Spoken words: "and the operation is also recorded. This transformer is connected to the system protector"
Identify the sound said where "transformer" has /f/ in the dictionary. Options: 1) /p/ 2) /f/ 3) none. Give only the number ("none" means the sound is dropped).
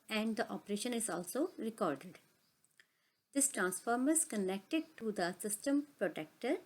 2